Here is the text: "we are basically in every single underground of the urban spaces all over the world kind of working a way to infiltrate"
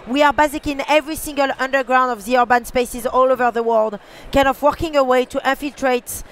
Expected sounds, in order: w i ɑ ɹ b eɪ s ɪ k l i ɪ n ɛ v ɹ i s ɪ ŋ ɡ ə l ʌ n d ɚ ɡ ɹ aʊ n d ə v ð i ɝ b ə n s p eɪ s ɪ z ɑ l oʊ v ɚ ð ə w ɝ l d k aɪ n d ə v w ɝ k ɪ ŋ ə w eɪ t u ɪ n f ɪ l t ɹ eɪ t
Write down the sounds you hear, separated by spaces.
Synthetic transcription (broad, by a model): w i ɑ ɹ b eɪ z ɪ k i ɪ n ɛ v ɹ i s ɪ ŋ ɡ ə l ʌ n d ɚ ɡ ɹ aʊ n d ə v ð i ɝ b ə n s p eɪ s ɪ z ɑ l oʊ v ɚ ð ə w ɝ l d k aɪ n ə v w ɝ k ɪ ŋ ə w eɪ t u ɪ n f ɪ l t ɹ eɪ t